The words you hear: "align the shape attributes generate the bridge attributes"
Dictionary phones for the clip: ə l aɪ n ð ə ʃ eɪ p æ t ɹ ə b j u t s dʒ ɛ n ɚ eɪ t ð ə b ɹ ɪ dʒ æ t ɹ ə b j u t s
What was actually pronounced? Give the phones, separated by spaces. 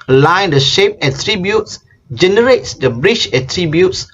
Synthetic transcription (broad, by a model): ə l aɪ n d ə ʃ eɪ p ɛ t ɹ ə b j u t s dʒ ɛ n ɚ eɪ t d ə b ɹ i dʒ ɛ t ɹ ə b j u t s